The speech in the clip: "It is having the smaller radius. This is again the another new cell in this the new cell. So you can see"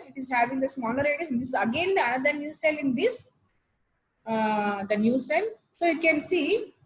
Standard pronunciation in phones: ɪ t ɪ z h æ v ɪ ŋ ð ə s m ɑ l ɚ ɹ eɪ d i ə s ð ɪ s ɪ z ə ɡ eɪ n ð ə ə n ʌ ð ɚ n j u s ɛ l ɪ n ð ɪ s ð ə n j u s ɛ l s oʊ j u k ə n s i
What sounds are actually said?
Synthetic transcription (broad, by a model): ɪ t ɪ z h æ v ɪ ŋ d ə s m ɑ n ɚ ɹ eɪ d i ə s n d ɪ s ə ɡ eɪ n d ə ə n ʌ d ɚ n j u s ɛ l ɪ n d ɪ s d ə n j u s ɛ l s oʊ j u k ə n s i